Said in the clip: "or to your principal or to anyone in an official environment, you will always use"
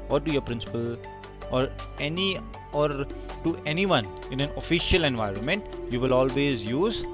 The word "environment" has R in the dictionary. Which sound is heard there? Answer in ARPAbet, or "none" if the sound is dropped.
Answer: R